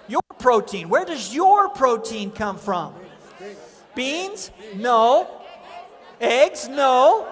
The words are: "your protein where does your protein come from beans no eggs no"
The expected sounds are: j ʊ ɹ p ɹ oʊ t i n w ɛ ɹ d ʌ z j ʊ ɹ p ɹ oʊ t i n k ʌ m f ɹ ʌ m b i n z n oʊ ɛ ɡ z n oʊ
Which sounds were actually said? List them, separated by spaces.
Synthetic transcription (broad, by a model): j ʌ ɹ p ɹ oʊ t i n w ɛ ɹ d ʌ z j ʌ ɹ p ɹ oʊ t i n k ʌ m f ɹ ʌ m b i n z n oʊ ɛ ɡ z n oʊ